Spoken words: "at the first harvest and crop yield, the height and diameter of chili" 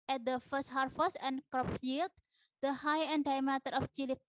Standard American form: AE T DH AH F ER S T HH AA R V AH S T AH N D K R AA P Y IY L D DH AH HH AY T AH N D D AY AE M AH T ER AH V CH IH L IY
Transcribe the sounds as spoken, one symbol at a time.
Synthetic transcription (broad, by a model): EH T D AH F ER S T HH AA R F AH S AH N K R AA P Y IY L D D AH HH AY AH N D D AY M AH T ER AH F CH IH L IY